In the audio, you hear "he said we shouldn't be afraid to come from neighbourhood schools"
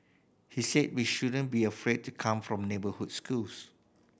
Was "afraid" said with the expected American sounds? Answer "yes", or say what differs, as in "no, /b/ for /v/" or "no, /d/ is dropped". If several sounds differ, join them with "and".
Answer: yes